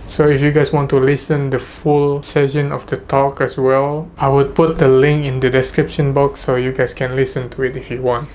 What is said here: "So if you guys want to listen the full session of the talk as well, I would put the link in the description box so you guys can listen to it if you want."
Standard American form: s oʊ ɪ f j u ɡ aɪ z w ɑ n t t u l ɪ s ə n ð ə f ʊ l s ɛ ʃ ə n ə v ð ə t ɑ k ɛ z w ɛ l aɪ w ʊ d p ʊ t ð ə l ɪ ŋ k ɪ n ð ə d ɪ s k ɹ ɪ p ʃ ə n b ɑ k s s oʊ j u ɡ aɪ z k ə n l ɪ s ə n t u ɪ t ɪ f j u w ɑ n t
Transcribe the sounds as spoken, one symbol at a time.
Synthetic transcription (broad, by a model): s oʊ ɪ f j u ɡ aɪ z w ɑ n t t u l ɪ s ə n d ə f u l s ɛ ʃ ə n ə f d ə t ɑ k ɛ s w ɛ l aɪ w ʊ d p ʊ t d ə l ɪ ŋ k ɪ n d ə d ɪ s k ɹ ɪ p ʃ ə n b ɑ k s s oʊ j u ɡ aɪ s k ə n l ɪ s ə n t u ɪ t ɪ f j u w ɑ n t